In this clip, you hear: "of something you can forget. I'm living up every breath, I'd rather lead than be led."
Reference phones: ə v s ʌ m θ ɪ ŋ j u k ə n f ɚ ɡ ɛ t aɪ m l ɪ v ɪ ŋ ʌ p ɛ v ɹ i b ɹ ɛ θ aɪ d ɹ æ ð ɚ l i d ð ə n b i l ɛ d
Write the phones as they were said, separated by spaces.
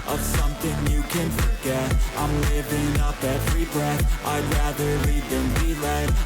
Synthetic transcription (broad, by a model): ə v s ʌ m θ ɪ ŋ j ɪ k ə n f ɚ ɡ ɛ t aɪ m l ɪ v ɪ ŋ ʌ p ɛ v ɹ i b ɹ ɛ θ aɪ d ɹ æ ð ɚ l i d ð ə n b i l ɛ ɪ